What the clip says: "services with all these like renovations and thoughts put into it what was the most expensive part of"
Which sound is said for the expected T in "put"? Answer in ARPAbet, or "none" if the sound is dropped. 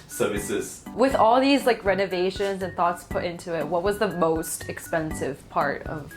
T